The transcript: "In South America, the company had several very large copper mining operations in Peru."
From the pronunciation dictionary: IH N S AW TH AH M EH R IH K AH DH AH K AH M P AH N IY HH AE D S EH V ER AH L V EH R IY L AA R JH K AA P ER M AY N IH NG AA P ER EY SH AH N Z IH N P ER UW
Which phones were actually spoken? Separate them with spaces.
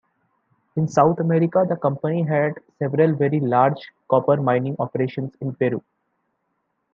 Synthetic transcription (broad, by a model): IH N S AW T AH M EH R IH K AH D AH K AH M P AH N IY HH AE D S EH V ER AH L V EH R IY L AA R JH K AA P ER M AY N IH NG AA P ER EY SH AH N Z IH N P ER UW